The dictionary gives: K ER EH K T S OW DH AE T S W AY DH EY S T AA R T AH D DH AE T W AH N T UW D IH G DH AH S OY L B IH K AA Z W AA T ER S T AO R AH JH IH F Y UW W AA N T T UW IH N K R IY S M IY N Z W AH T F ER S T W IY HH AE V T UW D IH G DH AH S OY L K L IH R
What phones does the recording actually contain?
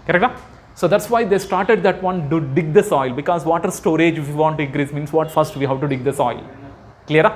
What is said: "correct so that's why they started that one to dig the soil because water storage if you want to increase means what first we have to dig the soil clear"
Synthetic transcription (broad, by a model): K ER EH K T S OW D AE T S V AY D EY S T AA R T AH D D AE T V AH N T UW D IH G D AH S OY L B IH K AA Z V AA T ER S T AO R AH JH IH F Y UW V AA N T T UW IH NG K R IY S M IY N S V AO T F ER S T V IY HH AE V T UW D IH G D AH S OY L K L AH R